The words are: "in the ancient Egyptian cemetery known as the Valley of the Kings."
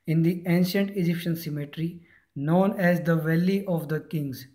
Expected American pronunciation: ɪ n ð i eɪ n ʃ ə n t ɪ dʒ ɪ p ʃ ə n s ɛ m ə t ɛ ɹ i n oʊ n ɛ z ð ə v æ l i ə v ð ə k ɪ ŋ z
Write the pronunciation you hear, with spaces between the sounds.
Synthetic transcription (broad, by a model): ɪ n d i eɪ n ʃ ə n t ɪ dʒ ɪ p ʃ ə n s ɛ m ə t ɹ i n oʊ n ɛ z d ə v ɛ l i ə v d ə k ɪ ŋ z